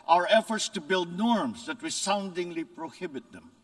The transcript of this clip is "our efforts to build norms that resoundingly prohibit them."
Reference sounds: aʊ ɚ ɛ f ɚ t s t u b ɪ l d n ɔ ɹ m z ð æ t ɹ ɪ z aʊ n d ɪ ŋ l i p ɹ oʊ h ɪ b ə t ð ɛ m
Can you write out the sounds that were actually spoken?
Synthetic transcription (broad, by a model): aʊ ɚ ɛ f ɚ t s t u b ɪ l d n ɔ ɹ m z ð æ t w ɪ s aʊ n d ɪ ŋ l i p ɹ oʊ h ɪ b ə t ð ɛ m